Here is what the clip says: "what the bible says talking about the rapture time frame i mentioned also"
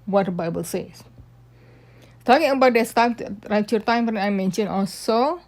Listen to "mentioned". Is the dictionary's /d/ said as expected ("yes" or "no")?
no